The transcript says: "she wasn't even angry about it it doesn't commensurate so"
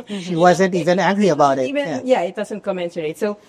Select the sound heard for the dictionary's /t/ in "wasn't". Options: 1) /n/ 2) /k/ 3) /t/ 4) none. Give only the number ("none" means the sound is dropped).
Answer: 3